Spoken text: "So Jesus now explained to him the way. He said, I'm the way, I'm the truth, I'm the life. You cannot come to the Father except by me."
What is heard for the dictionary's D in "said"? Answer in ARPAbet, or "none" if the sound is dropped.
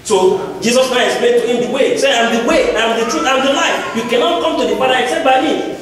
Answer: none